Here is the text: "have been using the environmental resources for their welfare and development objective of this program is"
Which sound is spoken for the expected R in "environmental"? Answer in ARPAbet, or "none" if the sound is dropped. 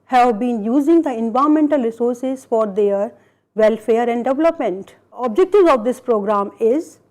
none